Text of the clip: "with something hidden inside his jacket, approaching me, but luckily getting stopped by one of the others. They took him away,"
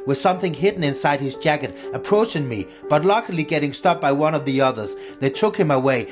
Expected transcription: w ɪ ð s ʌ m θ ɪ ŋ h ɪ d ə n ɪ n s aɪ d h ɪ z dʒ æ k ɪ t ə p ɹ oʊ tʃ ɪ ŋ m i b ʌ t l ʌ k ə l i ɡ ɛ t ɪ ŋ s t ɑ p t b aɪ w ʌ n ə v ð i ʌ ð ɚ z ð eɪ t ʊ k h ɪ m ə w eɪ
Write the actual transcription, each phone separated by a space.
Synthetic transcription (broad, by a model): w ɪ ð s ʌ m θ ɪ ŋ h ɪ d n ɪ n s aɪ d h ɪ z dʒ æ k ɪ t ə p ɹ oʊ tʃ ɪ ŋ m i b ʌ t l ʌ k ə l i ɡ ɛ t ɪ ŋ s t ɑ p b aɪ w ʌ n ə v ð i ʌ ð ɚ z ð eɪ t ʊ k h ɪ m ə w eɪ